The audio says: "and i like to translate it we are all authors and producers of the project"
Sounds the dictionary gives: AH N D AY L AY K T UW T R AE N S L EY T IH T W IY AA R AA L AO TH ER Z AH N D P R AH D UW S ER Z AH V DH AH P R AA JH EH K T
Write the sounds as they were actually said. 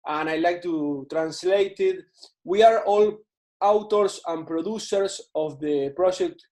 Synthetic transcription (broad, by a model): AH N AY L AY K T UW T R AE N S L EY T IH T W IY AA R AA L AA T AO S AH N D P R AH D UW S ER S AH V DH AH P R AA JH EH K T